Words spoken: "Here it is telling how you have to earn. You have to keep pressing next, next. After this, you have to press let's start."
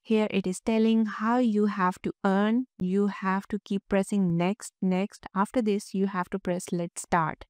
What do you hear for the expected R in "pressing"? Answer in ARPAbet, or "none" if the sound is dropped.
R